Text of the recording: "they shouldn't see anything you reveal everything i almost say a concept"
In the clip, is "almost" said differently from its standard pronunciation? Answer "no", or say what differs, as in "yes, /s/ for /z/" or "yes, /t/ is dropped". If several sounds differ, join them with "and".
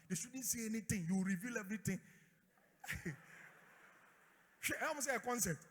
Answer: yes, /l/ is dropped